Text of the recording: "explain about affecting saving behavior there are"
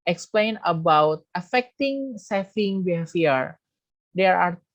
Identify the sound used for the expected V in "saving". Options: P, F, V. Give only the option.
F